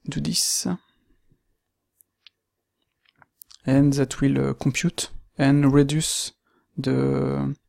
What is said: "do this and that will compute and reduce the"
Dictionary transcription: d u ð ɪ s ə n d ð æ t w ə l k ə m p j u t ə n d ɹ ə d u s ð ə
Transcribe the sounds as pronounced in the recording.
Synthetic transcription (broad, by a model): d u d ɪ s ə n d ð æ t w ə l k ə p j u t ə n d ɹ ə d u s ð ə